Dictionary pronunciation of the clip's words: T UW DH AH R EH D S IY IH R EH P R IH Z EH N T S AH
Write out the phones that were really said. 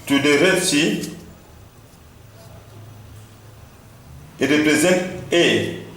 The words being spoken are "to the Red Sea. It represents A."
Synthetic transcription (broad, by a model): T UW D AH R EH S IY IH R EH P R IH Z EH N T AH